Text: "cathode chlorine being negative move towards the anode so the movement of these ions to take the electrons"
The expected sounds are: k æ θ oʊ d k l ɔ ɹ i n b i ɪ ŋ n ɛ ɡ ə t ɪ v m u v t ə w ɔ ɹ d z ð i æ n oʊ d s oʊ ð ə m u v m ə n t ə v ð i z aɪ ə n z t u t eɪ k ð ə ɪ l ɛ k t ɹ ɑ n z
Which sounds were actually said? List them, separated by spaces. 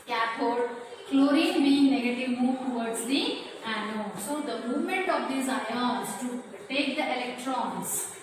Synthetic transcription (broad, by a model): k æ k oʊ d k l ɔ ɹ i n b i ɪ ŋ n ɛ ɡ ə t ɪ v m u v t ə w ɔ ɹ d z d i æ n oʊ s oʊ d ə m u v m ə n t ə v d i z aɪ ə z t u t eɪ k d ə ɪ l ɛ k t ɹ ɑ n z